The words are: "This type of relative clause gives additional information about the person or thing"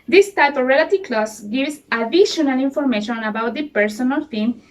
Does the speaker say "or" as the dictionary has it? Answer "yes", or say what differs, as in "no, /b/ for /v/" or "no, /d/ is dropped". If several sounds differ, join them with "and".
no, /l/ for /ɹ/